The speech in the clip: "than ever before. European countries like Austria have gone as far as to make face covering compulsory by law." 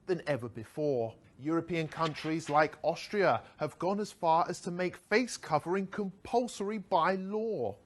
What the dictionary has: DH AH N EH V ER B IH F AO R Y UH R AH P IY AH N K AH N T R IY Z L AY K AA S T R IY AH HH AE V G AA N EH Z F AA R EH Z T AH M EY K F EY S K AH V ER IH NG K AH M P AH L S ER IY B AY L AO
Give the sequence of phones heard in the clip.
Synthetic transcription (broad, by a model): DH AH N EH V ER B IH F AO R Y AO R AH P IY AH N K AH N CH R IY Z L AY K AA S T R IY AH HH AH V G AA N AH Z F AA R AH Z T AH M EY K F EY S K AH V ER IH NG K AH M P AH L S ER IY B AY L AO